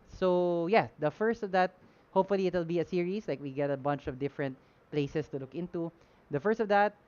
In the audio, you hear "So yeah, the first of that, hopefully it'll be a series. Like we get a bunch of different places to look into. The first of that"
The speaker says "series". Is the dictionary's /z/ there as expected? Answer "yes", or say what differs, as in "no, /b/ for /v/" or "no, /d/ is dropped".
no, /s/ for /z/